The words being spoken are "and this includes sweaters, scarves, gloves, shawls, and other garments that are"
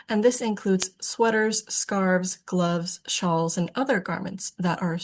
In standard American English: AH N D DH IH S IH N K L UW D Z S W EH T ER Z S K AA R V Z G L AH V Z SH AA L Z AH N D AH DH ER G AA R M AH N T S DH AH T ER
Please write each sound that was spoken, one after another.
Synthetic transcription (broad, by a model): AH N DH IH S IH N K L UW D Z S W EH T ER Z S K AA R V Z G L AH V Z SH AA L Z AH N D AH DH ER G AA R M AH N T S DH AH T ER